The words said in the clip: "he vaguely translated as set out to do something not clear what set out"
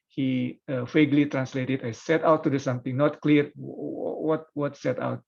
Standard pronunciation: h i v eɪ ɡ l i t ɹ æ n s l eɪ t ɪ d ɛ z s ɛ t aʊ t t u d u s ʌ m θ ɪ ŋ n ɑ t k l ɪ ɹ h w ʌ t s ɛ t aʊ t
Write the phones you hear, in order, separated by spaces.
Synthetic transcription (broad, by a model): h i f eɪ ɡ l i t ɹ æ n s l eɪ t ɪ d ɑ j s ɛ t aʊ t t u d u s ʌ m t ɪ ŋ n ɑ t k l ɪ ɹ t w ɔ t s ɛ t aʊ t